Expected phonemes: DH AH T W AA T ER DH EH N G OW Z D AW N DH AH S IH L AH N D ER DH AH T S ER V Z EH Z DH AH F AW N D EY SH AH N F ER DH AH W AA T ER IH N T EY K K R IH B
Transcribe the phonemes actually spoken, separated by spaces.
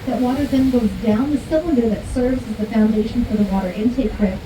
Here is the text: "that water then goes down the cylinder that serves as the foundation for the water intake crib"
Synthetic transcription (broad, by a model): DH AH T W AA T ER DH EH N G OW Z D AW N DH AH S IH L AH N D ER DH AH T S ER V Z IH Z DH AH F AW N D EY SH N F ER DH AH W AA T ER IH N T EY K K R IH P